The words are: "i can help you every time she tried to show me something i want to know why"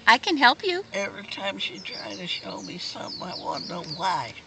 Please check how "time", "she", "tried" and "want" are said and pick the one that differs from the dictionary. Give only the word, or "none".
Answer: want